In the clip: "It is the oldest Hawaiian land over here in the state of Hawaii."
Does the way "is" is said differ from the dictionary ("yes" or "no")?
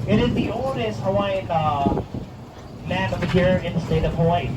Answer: no